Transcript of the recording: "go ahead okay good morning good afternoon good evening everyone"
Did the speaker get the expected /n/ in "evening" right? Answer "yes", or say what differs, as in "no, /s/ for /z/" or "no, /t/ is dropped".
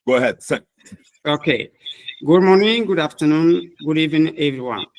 no, /n/ is dropped